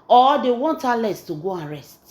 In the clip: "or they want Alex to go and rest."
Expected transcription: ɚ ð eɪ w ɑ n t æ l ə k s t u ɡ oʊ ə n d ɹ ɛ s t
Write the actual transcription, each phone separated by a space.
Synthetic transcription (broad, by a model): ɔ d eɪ w ɑ n t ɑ l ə s t u ɡ oʊ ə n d ɹ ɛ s t